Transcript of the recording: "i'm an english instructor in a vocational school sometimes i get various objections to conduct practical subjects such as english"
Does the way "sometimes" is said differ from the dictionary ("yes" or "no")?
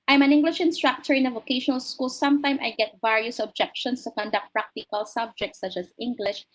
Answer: yes